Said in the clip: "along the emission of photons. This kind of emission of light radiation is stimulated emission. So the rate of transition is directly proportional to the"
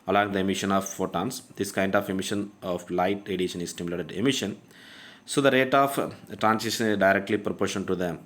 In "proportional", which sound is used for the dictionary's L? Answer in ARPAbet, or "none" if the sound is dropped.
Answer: N